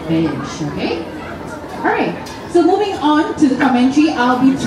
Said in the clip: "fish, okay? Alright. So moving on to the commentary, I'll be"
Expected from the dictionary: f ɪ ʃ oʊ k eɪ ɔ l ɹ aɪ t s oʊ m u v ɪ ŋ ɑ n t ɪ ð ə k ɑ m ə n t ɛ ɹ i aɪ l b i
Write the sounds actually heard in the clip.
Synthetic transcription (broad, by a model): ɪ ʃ oʊ k eɪ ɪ ɹ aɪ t s oʊ m u v ɪ ŋ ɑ n t ɪ ð ə k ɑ m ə n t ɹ i aɪ l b i